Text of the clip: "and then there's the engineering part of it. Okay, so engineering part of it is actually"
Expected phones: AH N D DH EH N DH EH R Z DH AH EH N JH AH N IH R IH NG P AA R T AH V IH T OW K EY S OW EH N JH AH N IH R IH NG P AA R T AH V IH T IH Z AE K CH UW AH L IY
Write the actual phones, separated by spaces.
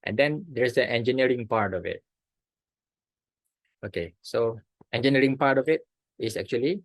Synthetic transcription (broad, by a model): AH N D EH N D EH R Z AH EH N JH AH N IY R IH NG P AA R T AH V IH T OW K EY S OW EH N JH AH N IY R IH NG P AA R T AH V IH T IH S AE K CH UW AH L IY